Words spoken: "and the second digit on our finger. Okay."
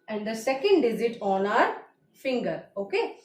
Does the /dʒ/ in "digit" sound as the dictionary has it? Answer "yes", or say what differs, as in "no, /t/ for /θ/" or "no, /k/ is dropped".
no, /z/ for /dʒ/